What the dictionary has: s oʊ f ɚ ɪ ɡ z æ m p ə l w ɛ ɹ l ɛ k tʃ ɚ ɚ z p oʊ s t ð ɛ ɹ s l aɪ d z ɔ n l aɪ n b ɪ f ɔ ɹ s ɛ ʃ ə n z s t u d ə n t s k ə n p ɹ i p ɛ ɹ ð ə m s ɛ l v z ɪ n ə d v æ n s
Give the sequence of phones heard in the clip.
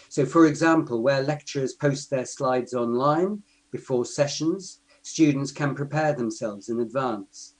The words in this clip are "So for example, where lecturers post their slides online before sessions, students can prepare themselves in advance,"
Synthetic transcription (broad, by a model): s oʊ f ɚ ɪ ɡ z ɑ m p ə l w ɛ l ɛ k tʃ ɚ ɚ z p oʊ s t ð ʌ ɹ s l aɪ d z ɔ n l aɪ n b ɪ f ɔ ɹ s ɛ ʃ ə n z s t u d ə n t s k ə n p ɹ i p ɛ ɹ ð ə m s ɛ l v z ɪ n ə d v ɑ n s